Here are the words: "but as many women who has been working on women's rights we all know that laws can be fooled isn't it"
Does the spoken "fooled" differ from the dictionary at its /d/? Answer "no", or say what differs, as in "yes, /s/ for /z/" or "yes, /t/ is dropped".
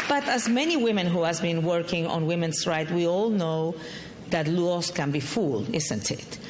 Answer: yes, /d/ is dropped